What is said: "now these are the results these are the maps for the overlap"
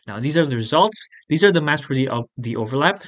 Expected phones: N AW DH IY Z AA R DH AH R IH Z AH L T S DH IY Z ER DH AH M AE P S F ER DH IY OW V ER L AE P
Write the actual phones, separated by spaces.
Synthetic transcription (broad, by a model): N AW DH IY Z AA R DH AH R IH Z AH L T S DH IY Z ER DH AH M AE S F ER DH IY OW V ER L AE P